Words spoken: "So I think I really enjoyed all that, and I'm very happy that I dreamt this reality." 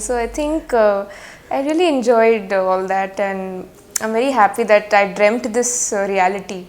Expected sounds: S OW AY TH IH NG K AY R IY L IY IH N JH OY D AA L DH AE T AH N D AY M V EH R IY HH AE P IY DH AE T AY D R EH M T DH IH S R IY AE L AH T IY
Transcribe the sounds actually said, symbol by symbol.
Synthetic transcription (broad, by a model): S OW AY T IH NG K AY R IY L IY IH N JH OY D AA L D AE T AH N D AY M V EH R IY HH AE P IY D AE T AY D R EH M T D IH S R IY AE L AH T IY